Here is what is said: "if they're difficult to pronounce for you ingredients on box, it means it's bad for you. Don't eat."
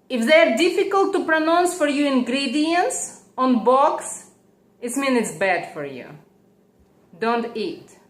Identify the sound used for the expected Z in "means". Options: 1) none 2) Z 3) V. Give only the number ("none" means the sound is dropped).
1